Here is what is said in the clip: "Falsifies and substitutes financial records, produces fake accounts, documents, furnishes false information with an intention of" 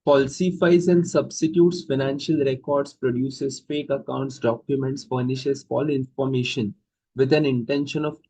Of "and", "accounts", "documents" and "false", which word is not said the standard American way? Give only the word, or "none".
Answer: false